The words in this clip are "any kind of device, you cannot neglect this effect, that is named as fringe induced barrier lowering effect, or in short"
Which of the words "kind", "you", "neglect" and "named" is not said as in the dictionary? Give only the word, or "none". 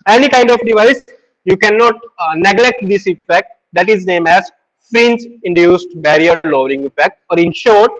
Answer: named